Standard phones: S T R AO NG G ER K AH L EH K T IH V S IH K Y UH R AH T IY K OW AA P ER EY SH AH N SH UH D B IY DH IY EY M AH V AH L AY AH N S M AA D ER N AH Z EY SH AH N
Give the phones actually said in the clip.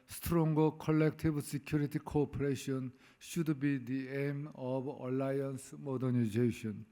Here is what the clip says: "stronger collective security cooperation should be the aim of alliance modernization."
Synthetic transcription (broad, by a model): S T R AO NG G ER K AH L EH K T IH B S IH K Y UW R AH T IY K OW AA P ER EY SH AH N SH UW D B IY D IY EY M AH B AH L AY AH N S M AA D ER N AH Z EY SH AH N